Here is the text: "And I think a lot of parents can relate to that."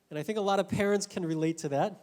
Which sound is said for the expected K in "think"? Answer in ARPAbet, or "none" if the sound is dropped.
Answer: K